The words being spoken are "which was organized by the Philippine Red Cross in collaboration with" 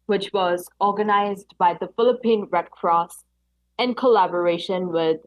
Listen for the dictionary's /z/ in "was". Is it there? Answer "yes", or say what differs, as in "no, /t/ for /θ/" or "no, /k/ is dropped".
yes